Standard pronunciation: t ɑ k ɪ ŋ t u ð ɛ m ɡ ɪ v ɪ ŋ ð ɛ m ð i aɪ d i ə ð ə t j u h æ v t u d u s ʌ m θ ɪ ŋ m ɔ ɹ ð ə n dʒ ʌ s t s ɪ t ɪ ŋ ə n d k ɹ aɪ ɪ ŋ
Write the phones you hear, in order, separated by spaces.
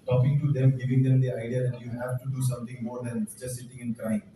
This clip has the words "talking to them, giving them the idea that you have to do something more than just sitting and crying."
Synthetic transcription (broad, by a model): t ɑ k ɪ ŋ t u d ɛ m ɡ ɪ v ɪ ŋ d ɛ m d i aɪ d i ə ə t j u h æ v t u d u s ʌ m t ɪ ŋ m ɔ ɹ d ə n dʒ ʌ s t s ɪ t ɪ ŋ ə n k ɹ aɪ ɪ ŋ